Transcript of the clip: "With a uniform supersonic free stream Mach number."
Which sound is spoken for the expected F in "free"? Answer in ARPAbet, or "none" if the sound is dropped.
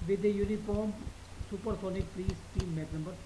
P